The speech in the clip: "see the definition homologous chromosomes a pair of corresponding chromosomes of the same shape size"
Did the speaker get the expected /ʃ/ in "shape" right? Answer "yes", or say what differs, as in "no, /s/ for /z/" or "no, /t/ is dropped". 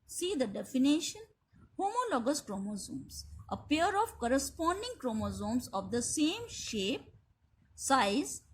yes